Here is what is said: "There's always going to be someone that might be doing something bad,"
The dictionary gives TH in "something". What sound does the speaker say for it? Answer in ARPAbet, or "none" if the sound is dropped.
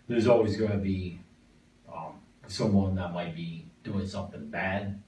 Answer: TH